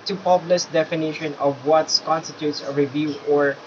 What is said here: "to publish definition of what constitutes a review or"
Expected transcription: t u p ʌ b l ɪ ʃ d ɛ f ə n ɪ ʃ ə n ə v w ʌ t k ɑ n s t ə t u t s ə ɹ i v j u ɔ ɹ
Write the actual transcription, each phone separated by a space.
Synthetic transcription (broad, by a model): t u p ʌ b l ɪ s d ɛ f ə n ɪ ʃ ə n ə v w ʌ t k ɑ n s t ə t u t s ə ɹ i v j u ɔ ɹ